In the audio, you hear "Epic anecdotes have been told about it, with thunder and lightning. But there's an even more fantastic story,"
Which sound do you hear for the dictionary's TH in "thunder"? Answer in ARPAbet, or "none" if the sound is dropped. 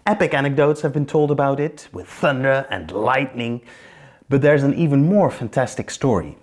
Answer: TH